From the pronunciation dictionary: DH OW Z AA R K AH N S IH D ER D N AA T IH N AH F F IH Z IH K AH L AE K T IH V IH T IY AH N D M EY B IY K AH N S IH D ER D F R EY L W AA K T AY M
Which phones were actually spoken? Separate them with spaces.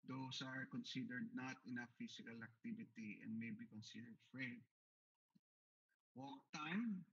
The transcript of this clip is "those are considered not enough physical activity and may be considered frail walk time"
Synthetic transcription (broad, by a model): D OW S AA R K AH N S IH D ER D N AA T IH N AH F F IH S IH K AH L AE K T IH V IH T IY AH N D M EY B IY K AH N S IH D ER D F R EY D W AA K T AY M